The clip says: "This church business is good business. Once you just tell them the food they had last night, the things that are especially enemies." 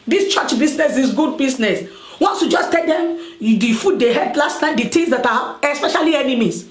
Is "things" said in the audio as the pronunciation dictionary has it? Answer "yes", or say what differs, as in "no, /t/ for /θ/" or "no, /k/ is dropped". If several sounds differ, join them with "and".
no, /t/ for /θ/